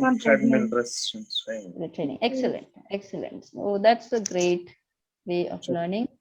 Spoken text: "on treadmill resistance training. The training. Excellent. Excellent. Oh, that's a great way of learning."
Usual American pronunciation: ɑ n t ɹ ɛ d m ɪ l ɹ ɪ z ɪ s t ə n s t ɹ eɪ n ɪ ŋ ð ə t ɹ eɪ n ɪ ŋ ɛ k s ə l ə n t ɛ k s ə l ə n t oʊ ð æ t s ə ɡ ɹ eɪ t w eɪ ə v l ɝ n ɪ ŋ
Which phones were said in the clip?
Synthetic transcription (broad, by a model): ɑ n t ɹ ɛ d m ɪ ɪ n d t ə s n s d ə t ɹ eɪ n ɪ ŋ ɛ k s ə l ə n t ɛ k s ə l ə n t oʊ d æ t s ə ɡ ɹ eɪ t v eɪ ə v l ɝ n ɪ ŋ